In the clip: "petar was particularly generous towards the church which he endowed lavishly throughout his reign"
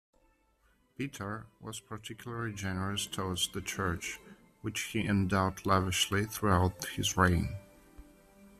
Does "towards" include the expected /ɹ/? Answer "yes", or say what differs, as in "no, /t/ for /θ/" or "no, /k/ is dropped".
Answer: no, /w/ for /ɹ/